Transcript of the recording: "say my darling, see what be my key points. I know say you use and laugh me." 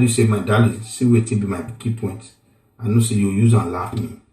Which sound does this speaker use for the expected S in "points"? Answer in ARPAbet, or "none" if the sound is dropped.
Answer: none